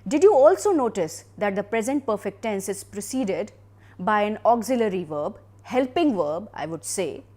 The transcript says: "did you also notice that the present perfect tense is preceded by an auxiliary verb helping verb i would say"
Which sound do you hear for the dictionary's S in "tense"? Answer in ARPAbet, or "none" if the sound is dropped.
S